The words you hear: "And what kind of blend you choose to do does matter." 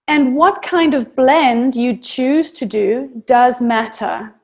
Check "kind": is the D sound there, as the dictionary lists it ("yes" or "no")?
yes